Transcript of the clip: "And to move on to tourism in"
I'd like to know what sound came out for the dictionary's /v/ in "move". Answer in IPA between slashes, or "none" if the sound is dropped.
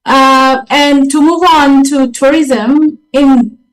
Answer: /v/